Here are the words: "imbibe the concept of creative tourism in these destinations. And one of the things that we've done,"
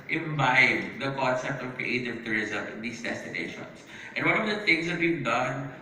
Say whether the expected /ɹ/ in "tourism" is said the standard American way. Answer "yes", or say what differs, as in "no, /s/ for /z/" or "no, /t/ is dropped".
yes